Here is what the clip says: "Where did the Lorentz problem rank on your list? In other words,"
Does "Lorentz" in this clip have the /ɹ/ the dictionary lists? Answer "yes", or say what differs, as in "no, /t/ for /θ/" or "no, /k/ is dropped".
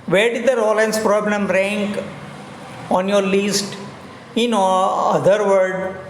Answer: no, /l/ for /ɹ/